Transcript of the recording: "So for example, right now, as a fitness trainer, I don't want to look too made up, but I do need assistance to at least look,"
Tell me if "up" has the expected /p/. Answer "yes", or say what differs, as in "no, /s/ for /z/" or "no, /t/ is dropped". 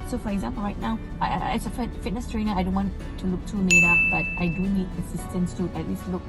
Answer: no, /f/ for /p/